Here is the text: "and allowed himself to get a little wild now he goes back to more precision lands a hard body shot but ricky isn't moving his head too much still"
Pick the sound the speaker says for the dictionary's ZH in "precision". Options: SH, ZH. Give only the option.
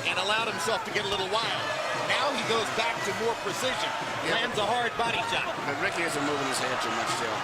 ZH